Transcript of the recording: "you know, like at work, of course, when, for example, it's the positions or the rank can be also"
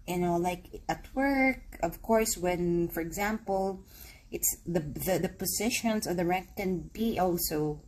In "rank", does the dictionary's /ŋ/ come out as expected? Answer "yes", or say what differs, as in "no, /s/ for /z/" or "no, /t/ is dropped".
no, /ŋ/ is dropped